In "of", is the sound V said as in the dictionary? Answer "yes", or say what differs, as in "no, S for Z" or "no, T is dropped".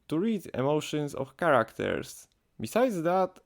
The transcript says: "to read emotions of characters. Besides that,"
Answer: no, F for V